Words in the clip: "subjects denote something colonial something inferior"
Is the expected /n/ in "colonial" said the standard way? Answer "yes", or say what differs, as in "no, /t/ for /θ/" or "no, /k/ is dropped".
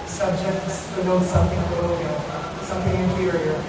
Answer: no, /n/ is dropped